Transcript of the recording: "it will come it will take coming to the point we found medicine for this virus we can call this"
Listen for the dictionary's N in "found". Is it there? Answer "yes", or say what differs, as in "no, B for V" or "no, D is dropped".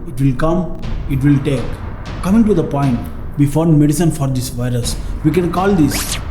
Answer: no, N is dropped